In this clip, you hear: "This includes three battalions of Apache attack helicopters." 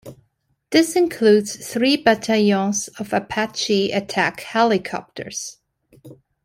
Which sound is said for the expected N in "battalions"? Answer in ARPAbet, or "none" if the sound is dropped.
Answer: none